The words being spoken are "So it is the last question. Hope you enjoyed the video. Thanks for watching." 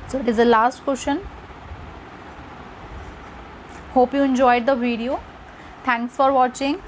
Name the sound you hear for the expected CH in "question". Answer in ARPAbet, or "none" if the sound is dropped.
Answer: SH